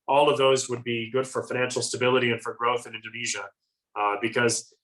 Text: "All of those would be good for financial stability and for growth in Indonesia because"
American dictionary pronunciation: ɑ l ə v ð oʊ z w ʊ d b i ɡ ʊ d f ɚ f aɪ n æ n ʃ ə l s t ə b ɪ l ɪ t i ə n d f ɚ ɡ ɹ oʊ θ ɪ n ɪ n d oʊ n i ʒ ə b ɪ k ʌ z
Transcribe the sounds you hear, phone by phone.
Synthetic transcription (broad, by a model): ɑ l ə v ð oʊ z w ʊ d b i ɡ ʊ d f ɚ f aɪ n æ n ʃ l s t ə b ɪ l ɪ t i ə n f ɚ ɡ ɹ oʊ θ ɪ n ɪ n d oʊ n i ʒ ə b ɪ k ʌ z